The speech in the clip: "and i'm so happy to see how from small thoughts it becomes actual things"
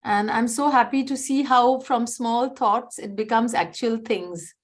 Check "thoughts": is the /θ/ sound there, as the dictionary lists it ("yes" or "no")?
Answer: no